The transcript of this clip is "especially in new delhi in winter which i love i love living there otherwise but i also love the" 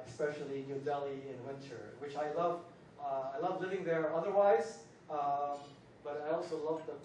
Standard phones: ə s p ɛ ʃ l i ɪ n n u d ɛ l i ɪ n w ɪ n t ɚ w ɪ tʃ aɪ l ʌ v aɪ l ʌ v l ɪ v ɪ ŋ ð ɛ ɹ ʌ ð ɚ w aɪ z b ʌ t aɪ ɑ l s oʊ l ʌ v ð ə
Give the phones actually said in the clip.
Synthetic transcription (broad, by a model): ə s p ɛ ʃ l i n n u d ɛ l i ɪ n w ɪ n t ɚ w ɪ tʃ aɪ l ʌ v aɪ l ʌ v l ɪ v ɪ ŋ ð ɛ ɹ ʌ ð ɚ w aɪ z b ʌ t aɪ ɑ l s oʊ l ʌ v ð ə